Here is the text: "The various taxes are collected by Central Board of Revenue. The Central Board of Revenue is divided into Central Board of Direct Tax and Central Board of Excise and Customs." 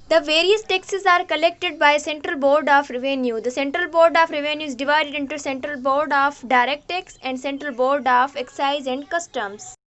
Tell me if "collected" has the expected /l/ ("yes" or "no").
yes